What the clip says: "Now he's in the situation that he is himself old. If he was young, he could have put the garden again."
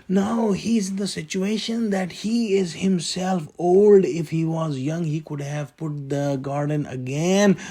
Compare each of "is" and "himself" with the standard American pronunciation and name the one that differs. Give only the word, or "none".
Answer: none